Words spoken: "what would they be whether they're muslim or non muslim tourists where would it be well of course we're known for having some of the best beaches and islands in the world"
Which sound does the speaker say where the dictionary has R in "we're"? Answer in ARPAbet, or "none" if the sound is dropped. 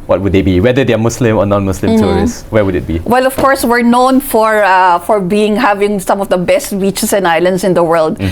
R